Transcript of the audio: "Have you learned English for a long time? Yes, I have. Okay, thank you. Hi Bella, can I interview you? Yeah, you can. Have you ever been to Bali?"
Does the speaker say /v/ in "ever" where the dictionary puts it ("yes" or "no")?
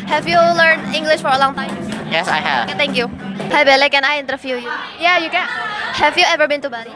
yes